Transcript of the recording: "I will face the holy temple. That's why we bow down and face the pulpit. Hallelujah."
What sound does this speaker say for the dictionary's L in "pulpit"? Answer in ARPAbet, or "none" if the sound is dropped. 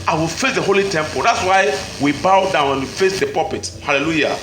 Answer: none